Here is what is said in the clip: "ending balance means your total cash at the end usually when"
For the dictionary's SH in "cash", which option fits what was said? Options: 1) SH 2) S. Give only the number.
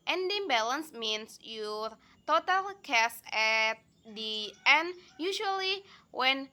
2